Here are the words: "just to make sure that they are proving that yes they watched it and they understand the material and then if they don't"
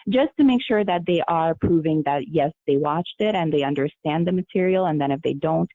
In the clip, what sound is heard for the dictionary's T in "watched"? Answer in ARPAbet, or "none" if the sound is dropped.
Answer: T